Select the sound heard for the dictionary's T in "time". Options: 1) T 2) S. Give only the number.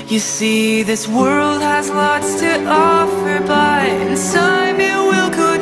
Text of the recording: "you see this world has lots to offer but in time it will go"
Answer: 2